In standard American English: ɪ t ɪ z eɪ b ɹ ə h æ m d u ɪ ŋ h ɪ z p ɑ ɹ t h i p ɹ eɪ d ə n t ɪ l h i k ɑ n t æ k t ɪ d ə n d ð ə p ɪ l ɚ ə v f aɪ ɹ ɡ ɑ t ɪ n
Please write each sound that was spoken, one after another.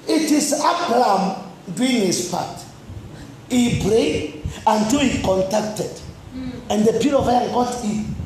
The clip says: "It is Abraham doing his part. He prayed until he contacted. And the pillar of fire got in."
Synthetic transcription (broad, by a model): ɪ t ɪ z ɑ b l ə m d u ɪ ŋ h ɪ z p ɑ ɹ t h i b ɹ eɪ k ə n t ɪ l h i k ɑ n t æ k t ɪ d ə n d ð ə p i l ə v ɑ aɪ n ɡ ɑ t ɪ